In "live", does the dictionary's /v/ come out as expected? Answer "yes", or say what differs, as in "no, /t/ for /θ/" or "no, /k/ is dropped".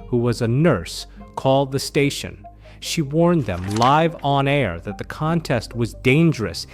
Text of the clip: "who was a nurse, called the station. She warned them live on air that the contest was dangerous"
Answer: yes